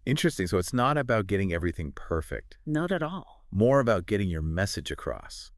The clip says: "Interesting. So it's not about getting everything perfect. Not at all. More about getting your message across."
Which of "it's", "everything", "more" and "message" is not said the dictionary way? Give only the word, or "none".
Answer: none